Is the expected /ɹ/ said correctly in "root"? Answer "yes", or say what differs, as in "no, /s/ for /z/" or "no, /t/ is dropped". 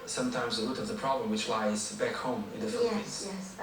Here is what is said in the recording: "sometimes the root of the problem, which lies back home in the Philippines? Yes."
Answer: no, /l/ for /ɹ/